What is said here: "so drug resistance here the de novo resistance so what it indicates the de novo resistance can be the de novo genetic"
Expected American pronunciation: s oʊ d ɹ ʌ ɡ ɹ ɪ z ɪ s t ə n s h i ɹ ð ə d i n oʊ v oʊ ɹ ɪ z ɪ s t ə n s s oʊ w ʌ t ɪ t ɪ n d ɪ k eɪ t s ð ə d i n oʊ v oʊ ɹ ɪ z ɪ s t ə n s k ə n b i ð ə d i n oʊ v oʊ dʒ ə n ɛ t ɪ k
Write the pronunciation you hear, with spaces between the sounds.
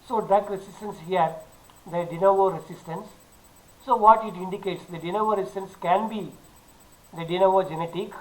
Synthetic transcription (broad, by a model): s oʊ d ʌ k ɹ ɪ s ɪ s t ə n s h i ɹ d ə d i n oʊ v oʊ ɹ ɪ s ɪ s t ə n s s oʊ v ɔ t ɪ t ɪ n d ɪ k eɪ t s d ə d i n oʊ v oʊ ɹ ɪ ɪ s t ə n s k ə n b i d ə d i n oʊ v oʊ dʒ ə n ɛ t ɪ k